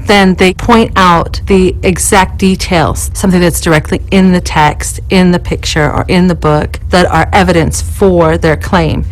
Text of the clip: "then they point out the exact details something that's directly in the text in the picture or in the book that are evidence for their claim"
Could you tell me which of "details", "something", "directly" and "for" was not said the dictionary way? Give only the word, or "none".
none